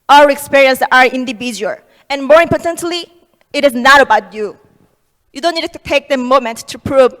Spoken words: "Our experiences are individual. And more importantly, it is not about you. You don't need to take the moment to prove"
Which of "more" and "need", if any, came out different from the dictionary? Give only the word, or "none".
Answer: none